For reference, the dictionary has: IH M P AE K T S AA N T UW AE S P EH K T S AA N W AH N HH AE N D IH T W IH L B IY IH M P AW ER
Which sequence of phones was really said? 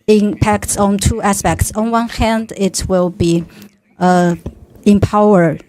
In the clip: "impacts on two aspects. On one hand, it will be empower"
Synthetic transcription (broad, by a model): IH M P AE K T S AA N T UW AE S P EH K T S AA N W AH N HH AE N D IH T W IH L B IY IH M P AW ER